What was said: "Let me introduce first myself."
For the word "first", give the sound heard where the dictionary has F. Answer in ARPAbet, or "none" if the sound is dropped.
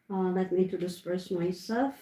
P